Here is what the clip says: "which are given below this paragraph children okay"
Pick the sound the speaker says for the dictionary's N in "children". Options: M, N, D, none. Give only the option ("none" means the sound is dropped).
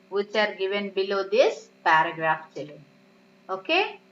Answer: none